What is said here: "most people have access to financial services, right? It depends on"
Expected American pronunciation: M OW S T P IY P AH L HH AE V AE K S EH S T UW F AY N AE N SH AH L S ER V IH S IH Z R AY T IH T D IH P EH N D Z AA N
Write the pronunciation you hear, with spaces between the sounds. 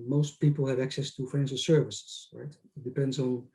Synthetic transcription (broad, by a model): M OW S T P IY P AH L HH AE V AE K S EH S T UW F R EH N S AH S ER V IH S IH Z R AY T IH T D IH P EH N D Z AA N